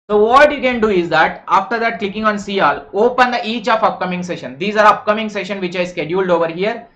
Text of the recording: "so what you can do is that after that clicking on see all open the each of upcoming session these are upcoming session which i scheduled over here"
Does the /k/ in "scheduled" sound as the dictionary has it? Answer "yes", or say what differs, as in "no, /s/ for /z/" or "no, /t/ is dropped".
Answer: yes